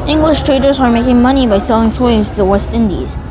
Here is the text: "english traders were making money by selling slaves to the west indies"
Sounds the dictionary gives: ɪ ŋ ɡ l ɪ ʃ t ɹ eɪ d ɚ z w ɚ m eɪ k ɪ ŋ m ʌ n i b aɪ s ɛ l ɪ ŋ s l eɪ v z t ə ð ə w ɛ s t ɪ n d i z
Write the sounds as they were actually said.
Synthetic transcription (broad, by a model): ɪ ŋ ɡ l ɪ ʃ t ɹ eɪ d ɚ z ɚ m eɪ k ɪ ŋ m ʌ n i b aɪ s ɛ l ɪ ŋ s w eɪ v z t ð ə w ɛ s t ɪ n d i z